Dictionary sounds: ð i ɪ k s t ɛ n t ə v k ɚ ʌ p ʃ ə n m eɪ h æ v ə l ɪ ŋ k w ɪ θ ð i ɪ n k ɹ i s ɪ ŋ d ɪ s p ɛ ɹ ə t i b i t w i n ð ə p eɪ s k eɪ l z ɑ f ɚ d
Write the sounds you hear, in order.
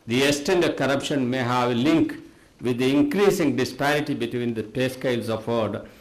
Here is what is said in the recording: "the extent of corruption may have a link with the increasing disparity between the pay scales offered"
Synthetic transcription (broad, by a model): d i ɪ s t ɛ n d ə k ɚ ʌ p ʃ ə n m eɪ h æ v l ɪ ŋ k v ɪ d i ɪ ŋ k ɹ i s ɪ ŋ d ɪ s p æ ɹ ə t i b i t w i n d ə p eɪ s k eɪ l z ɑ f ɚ d